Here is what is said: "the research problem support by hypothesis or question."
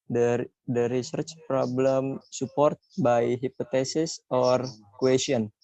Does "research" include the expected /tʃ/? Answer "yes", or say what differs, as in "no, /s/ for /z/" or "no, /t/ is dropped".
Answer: yes